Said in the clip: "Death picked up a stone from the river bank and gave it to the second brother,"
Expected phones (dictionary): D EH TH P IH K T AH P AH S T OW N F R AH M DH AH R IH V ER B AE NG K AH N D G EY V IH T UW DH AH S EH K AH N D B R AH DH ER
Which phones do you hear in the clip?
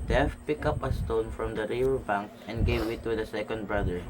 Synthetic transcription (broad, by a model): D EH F P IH K AH P AH S T OW N F R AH M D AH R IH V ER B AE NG K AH N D G EY V IH T UW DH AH S EH K AH N D B R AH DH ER